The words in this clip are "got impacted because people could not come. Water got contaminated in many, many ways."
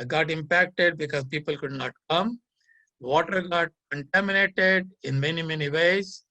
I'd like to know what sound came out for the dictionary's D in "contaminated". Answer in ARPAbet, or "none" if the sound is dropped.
D